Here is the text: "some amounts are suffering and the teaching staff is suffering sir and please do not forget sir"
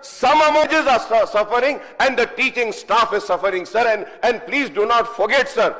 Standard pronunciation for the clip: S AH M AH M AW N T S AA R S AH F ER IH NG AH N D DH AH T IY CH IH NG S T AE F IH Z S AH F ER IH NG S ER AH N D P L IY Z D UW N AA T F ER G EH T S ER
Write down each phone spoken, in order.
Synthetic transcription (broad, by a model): S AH M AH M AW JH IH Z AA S S AH F ER IH NG AH N D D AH T IY CH IH NG S T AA F IH Z S AH F ER IH NG S ER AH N D P L IY Z D UW N AA T F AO G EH T S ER